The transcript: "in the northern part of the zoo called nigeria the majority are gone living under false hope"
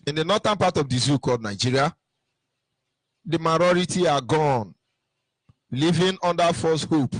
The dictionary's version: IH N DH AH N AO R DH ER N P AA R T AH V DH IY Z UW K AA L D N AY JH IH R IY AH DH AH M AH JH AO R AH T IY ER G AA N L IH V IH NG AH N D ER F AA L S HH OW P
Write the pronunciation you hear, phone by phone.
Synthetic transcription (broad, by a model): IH N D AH N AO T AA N P AA T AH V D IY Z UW K AA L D N AY JH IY R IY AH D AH M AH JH AO R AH T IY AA G AA N L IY V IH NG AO N D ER F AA S HH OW P